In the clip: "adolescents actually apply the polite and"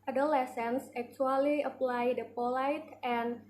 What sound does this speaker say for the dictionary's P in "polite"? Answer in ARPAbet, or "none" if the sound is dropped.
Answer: P